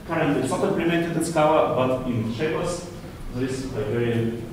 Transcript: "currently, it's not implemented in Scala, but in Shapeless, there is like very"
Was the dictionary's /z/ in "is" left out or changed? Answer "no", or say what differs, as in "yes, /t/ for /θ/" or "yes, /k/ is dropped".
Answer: yes, /s/ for /z/